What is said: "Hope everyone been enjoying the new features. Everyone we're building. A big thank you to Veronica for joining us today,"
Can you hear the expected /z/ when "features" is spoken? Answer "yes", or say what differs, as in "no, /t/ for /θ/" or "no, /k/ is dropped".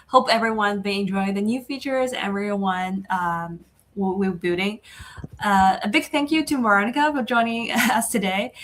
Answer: yes